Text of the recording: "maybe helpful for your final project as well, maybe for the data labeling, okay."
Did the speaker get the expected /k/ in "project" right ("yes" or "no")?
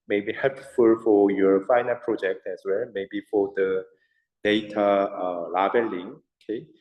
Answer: yes